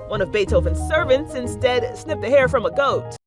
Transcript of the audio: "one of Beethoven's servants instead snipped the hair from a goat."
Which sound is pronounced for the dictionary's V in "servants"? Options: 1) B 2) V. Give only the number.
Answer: 2